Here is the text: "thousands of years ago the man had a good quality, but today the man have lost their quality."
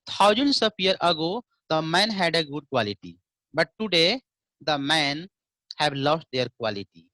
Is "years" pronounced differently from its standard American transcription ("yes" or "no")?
yes